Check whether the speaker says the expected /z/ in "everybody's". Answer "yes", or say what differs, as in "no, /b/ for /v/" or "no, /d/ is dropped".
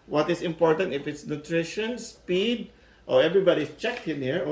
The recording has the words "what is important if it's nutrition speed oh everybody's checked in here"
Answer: no, /s/ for /z/